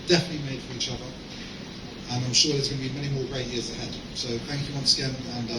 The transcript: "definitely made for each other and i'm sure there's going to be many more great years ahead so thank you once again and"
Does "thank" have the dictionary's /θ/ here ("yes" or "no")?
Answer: yes